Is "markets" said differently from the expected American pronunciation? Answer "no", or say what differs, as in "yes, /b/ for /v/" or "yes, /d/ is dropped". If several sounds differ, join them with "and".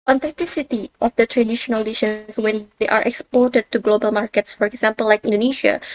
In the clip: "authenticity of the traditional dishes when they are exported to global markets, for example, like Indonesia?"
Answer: no